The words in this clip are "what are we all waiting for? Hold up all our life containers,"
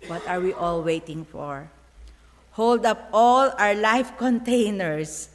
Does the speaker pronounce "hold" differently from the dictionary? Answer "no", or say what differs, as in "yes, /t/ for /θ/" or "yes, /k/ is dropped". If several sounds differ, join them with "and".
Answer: no